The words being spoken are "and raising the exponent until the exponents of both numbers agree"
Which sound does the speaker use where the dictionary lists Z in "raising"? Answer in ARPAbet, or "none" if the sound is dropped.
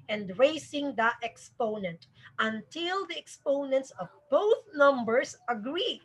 S